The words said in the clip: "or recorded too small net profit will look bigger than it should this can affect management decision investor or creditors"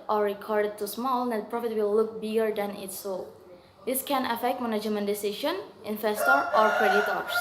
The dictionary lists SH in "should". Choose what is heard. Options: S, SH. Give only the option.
S